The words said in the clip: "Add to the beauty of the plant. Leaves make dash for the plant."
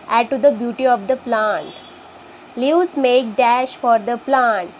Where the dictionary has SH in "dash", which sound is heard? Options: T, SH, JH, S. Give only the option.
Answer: SH